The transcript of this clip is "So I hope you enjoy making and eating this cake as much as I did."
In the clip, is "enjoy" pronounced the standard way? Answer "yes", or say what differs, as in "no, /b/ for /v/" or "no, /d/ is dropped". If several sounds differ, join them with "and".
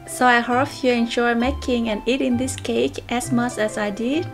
no, /ʃ/ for /dʒ/